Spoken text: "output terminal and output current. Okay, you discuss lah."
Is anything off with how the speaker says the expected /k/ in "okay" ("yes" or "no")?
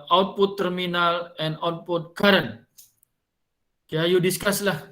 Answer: yes